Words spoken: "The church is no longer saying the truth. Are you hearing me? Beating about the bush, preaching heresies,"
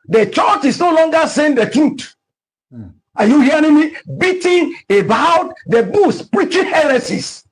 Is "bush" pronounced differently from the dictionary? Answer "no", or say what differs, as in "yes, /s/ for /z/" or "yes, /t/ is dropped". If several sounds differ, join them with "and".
yes, /s/ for /ʃ/